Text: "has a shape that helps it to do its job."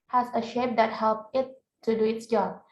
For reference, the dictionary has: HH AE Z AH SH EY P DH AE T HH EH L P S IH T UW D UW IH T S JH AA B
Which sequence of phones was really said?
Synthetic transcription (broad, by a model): HH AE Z AH SH EY P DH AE T HH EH L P IH T UW D UW IH T S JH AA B